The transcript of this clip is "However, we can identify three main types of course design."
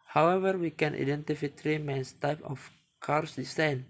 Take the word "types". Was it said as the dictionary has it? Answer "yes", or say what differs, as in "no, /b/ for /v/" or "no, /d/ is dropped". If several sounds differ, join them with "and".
no, /s/ is dropped